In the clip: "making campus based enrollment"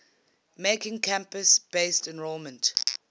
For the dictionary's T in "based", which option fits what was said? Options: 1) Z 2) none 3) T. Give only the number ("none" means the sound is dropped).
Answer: 3